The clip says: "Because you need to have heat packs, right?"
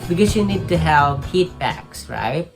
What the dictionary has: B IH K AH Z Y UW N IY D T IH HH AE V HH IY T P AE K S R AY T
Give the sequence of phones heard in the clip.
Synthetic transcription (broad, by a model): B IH K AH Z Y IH N IY D T IH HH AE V HH IY T B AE K S R AY T